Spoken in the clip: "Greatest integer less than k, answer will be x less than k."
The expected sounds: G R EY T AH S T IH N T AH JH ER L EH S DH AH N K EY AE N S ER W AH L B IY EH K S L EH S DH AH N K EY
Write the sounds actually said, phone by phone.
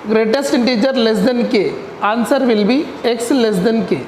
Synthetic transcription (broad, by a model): G R EY T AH S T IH N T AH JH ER L EH S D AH N K EY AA N S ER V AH L B IY EH K S L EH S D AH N K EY